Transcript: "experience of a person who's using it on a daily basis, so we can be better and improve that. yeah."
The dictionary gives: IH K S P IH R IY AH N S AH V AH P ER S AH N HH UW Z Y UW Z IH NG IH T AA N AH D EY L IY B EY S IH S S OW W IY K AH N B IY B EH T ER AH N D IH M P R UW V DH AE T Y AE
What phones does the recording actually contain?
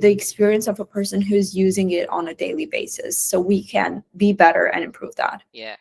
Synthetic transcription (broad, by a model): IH K S P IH R IY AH N S AH V AH P ER S AH N HH UW Z Y UW Z IH NG IH T N AH D EY L IY B EY S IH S S OW W IY K AH N B IY B EH T ER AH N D IH M P R UW V DH AE T Y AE